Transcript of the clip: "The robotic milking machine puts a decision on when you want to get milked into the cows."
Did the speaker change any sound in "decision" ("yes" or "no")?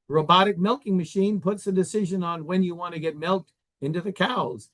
no